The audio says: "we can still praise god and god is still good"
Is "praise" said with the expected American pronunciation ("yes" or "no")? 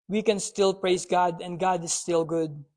no